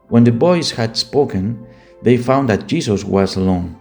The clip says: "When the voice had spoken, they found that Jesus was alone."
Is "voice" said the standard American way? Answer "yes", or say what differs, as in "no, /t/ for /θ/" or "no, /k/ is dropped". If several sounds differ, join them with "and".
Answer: no, /b/ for /v/